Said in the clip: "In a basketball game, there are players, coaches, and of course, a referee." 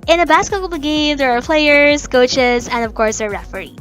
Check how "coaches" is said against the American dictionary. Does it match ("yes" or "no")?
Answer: yes